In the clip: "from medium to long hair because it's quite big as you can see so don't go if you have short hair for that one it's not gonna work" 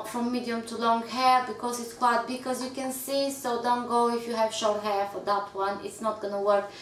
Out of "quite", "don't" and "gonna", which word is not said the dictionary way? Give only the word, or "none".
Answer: none